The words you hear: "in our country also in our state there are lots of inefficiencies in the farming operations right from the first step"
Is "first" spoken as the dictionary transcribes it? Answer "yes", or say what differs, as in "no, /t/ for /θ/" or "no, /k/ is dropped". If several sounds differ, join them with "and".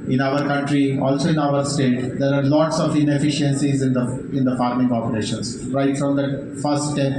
no, /s/ is dropped